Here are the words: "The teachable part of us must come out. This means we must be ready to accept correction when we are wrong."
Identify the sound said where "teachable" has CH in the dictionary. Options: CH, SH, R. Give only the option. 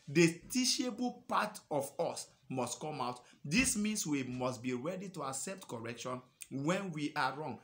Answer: SH